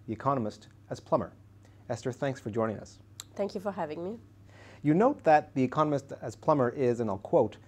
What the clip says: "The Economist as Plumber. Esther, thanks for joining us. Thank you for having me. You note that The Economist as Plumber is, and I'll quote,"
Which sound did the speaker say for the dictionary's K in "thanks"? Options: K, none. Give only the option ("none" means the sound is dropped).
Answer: K